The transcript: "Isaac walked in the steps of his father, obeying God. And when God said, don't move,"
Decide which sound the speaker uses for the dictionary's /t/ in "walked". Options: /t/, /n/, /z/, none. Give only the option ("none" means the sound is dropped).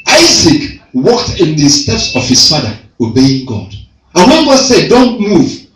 /t/